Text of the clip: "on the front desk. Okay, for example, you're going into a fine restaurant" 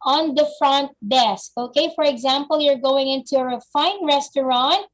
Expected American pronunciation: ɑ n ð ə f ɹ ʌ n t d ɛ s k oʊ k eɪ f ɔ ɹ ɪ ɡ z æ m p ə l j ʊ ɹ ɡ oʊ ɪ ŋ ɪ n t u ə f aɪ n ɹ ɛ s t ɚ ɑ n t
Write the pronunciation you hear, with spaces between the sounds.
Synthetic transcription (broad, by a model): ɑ n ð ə f ɹ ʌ n t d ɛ s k oʊ k eɪ f ɔ ɹ ɪ ɡ z æ m p ə l j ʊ ɹ ɡ oʊ ɪ ŋ ɪ n t u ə f aɪ n ɹ ɛ s t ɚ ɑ n t